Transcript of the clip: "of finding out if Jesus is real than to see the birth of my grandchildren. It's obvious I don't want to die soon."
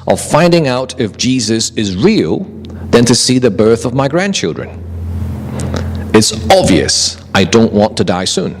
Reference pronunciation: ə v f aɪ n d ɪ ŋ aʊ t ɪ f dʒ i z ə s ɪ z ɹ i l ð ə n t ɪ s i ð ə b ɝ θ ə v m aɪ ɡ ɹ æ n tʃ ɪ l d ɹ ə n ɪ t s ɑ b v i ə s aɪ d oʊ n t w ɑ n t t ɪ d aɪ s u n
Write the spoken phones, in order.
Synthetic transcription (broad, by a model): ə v f aɪ n d ɪ ŋ aʊ t ɪ f dʒ i z ə s ɪ z ɹ i l ð ə n t ɪ s i ð ə b ɝ θ ə v m aɪ ɡ ɹ æ n tʃ ɪ l d ɹ ə n ɪ t s ɑ b v i ə s aɪ d oʊ n t w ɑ n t t ɪ d aɪ s u n